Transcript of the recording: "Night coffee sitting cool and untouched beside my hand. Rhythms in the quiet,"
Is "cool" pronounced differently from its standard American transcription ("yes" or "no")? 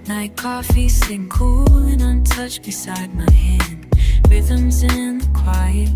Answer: no